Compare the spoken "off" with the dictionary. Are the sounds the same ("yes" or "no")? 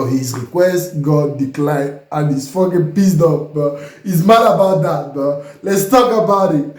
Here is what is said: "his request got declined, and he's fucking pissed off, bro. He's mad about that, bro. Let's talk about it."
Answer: no